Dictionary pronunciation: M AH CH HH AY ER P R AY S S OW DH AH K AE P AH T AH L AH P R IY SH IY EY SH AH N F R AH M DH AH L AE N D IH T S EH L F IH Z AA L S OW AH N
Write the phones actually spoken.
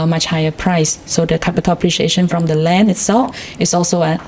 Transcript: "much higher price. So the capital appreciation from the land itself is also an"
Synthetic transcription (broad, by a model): M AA CH HH AY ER P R AY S S OW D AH K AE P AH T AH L AH P R IY SH IY EY SH AH N F R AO M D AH L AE N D IH T S EH L F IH S AA L S OW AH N